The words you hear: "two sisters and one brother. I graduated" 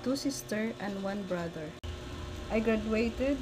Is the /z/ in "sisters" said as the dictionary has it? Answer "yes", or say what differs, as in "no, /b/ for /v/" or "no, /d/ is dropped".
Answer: no, /z/ is dropped